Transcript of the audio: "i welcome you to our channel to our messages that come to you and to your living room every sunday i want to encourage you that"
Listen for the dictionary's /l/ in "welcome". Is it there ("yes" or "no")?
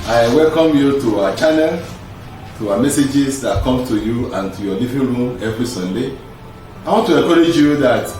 yes